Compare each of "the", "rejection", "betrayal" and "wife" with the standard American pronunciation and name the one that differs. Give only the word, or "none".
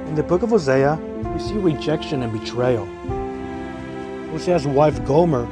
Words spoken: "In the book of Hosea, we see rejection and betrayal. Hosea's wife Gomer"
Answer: none